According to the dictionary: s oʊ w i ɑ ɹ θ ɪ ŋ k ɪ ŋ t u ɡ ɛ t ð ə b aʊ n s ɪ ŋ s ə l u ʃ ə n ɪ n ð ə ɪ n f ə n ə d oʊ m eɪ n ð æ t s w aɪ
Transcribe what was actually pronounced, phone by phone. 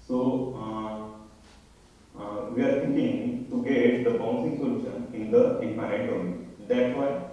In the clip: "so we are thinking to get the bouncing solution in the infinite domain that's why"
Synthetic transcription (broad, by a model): s oʊ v i ɑ ɹ t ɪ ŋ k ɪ ŋ t u ɡ ɛ t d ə b aʊ n s ɪ ŋ s ə l u ʃ ə n ɪ n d ə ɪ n p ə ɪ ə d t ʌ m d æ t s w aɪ